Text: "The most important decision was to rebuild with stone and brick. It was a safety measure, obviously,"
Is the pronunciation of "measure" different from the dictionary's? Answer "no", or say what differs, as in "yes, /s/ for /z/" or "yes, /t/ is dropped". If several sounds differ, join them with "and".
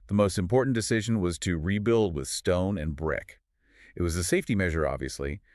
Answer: no